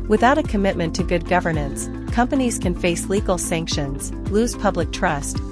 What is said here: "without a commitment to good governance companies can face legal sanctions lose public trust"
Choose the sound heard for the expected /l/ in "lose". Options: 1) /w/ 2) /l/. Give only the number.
2